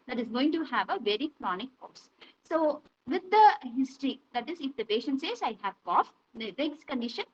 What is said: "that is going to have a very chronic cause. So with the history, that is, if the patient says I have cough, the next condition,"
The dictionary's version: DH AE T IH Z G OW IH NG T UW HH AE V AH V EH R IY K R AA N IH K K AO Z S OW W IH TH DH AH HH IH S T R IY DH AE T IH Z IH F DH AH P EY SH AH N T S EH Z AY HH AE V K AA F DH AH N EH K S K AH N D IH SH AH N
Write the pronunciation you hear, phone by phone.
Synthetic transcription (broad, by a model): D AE T IH Z G OW IH NG T UW HH AE V AH V EH R IY K R AA N IH K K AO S S OW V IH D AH HH IH S T R IY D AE T IH Z IH F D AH P EY SH AH N T S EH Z AY HH AE V K AA F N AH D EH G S K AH N D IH SH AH N